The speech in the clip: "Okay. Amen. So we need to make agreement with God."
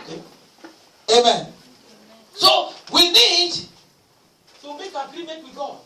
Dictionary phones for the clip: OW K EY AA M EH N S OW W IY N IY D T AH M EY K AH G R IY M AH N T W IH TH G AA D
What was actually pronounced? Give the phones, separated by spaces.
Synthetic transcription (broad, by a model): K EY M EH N S OW W IY N IY D S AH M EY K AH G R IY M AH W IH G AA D